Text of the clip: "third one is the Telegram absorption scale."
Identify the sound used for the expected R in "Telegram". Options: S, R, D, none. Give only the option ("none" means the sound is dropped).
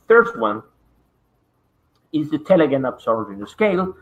none